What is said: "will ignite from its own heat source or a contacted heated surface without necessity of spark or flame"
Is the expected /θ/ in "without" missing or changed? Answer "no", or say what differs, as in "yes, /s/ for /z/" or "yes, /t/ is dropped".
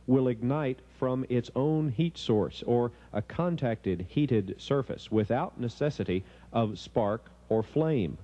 no